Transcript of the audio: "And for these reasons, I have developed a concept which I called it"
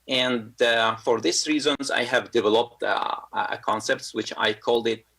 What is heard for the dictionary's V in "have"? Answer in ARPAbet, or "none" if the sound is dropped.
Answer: V